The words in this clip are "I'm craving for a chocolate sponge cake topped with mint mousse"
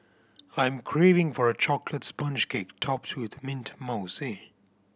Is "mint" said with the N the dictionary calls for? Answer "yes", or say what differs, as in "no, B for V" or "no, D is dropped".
yes